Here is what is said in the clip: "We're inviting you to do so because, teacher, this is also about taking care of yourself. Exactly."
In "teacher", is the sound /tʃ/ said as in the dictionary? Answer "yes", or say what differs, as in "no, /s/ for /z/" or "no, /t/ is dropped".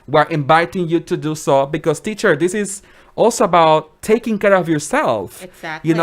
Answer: yes